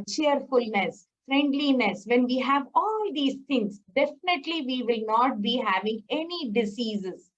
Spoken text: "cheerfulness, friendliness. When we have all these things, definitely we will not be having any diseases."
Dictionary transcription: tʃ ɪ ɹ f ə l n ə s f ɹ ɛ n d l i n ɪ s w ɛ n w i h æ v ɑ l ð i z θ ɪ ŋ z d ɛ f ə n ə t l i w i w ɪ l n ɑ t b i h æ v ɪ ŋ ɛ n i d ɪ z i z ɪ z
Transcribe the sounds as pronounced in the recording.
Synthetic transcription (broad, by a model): tʃ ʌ ɹ f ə l n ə s f ɹ ɛ n d l i n ɪ s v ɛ n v i h æ v ɑ l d i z t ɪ ŋ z d ɛ f ə n ə t l i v i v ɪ l n ɑ t b i h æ v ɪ ŋ ɛ n i d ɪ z i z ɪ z